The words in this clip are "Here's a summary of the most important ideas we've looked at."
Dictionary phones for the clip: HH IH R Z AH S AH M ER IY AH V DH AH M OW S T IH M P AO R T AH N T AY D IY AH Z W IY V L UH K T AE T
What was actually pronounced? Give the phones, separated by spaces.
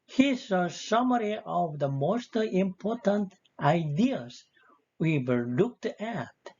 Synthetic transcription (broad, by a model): HH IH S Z AH S AH M ER IY AH V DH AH M OW S T IH M P AO R T AH N T AY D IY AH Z W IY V L UH K T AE T